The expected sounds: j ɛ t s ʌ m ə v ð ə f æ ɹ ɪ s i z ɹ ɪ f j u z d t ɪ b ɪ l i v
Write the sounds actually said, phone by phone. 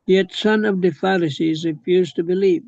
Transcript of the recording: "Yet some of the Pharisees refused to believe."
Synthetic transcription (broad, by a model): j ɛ t s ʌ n ə v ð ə f æ ɹ ɪ s i z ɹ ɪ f j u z t ɪ b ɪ l i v